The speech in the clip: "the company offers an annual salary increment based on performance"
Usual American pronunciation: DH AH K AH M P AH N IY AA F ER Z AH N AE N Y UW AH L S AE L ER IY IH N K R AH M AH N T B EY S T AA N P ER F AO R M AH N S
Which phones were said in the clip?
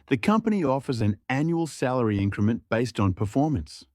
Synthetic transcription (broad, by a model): DH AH K AH M P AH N IY AA F ER Z AH N AE N Y UW AH L S AE L ER IY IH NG K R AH M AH N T B EY S T N P ER F AO R M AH N S